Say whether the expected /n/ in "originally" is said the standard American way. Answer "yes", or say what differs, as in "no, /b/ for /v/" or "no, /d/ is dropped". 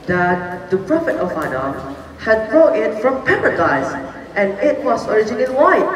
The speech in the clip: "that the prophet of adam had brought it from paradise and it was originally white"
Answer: no, /n/ is dropped